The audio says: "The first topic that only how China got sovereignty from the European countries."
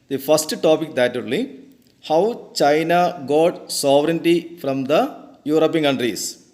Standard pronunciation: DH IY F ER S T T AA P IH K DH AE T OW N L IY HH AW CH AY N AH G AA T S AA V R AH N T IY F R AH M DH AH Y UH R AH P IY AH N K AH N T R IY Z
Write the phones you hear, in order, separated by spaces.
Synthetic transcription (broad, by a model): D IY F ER S T T AA P IH K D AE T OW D L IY HH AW CH AY N AH G AA T S AA V R AH N T IY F R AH M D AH Y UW R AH P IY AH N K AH N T R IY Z